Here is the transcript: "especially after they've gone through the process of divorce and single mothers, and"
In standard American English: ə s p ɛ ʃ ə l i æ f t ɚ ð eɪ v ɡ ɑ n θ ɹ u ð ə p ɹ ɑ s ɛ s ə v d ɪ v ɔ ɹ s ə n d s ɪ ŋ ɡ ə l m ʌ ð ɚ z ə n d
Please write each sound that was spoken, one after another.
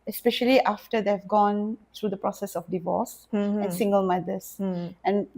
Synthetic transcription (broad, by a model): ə s p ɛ ʃ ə l i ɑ f t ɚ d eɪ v ɡ ɑ n t ɹ u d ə p ɹ ɑ s ɛ s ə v d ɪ v ɔ s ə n s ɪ ŋ ɡ ə l m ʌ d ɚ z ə n